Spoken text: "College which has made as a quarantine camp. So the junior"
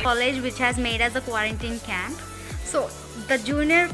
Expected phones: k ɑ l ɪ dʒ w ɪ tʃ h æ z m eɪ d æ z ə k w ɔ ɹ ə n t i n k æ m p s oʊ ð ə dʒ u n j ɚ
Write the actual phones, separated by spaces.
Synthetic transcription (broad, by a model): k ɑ l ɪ dʒ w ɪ tʃ h æ z m eɪ d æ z ə k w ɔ ɹ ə n t i n k æ m p s oʊ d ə dʒ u n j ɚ